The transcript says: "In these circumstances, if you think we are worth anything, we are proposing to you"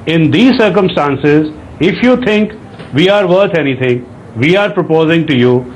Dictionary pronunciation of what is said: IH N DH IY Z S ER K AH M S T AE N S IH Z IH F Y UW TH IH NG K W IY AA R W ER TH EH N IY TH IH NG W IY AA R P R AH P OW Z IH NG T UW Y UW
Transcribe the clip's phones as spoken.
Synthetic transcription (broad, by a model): IH N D IY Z S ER K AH M S T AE N S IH Z IH F Y UW T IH NG K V IY AA R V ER T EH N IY T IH NG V IY AA R P R AH P OW Z IH NG T UW Y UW